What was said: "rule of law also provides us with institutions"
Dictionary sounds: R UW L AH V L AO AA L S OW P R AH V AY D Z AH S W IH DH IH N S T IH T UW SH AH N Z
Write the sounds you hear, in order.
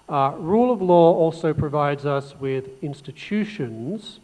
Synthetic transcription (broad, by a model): R UW L AH V L AO AA L S OW P R AH V AY D Z AH S W IH DH IH N S T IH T UW SH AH N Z